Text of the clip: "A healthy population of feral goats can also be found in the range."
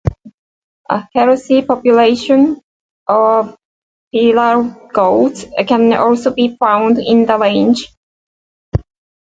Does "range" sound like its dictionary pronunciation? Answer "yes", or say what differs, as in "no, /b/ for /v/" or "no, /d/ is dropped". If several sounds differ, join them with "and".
no, /l/ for /ɹ/